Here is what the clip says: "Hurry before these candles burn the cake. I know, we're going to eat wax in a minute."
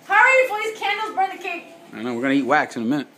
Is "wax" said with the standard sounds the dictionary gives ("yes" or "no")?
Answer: yes